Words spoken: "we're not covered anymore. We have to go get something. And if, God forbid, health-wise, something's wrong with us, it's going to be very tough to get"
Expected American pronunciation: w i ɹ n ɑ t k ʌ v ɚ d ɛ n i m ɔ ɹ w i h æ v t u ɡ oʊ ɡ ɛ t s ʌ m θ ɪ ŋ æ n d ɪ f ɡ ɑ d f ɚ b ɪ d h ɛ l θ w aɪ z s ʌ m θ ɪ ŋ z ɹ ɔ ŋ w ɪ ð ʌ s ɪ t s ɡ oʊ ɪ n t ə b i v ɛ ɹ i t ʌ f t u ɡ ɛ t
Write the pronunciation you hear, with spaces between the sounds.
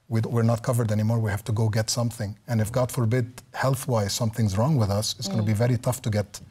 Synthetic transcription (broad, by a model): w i ɹ n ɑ t k ʌ v ɚ d ɛ n i m ɔ ɹ w i h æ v t u ɡ oʊ ɡ ɛ t s ʌ m θ ɪ ŋ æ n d ɪ f ɡ ɑ d f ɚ b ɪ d h ɛ l θ w aɪ z s ʌ m θ ɪ ŋ z ɹ ɔ ŋ w ɪ ð ʌ s ɪ t s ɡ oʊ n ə b i v ɛ ɹ i t ʌ f t u ɡ ɛ t